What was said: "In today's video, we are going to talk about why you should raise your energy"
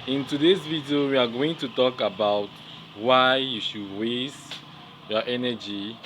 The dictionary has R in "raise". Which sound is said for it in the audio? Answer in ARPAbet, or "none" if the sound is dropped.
W